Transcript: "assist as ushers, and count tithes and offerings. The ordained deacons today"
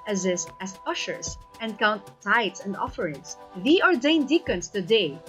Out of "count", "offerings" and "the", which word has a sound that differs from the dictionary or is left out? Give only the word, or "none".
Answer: offerings